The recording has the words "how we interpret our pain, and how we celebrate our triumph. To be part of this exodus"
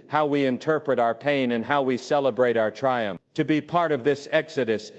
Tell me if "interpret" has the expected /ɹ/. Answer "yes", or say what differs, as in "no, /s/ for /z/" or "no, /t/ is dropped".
yes